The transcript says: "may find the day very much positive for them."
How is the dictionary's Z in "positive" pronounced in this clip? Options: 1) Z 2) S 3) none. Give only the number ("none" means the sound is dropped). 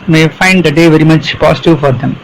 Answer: 2